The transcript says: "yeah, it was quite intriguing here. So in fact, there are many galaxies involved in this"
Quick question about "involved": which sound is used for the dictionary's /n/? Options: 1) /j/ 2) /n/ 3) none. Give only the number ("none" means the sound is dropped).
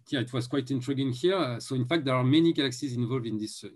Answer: 2